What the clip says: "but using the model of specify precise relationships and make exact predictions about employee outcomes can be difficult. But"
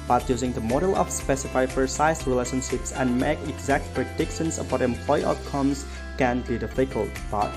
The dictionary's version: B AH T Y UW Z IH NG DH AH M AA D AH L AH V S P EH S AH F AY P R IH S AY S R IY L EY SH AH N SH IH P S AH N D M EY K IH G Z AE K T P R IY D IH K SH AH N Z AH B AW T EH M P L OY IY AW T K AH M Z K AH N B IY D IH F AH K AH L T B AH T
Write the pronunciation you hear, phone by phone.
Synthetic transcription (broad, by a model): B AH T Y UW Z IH NG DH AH M AA D AH L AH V S P EH S AH F AY F R S AY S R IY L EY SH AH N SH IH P S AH N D M EY K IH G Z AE K T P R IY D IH K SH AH N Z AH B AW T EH M P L OY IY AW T K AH M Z K AH N B IY D IH F AH K AH L T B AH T